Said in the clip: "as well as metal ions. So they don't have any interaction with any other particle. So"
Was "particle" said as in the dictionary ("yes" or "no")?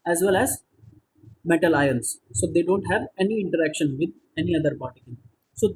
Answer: no